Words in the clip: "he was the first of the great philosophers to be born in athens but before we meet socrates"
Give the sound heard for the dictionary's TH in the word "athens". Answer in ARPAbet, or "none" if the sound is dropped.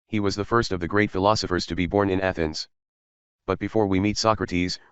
TH